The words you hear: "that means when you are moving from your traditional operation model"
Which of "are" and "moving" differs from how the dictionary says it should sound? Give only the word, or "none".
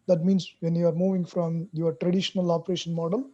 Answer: none